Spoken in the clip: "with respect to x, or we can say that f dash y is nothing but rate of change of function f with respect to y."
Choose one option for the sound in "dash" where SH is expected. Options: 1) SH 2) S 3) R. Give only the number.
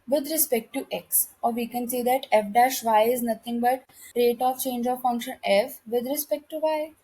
1